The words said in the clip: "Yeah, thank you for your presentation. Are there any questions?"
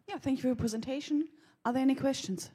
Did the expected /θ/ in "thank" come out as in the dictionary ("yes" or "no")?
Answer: yes